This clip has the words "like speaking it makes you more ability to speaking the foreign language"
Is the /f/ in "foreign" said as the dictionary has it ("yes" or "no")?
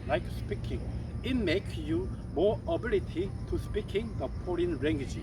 no